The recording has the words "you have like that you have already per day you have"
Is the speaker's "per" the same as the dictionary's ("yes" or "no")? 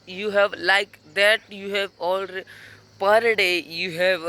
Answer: yes